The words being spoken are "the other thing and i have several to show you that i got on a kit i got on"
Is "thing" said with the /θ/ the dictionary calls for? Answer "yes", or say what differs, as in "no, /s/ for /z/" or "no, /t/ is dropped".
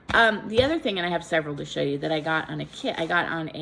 yes